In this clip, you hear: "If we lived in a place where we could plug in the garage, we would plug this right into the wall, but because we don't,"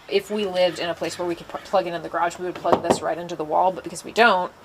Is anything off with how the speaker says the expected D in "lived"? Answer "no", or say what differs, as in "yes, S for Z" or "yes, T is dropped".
yes, D is dropped